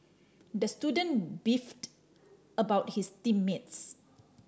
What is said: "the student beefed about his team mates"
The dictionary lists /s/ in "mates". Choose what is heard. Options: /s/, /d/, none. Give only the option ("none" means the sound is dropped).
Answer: /s/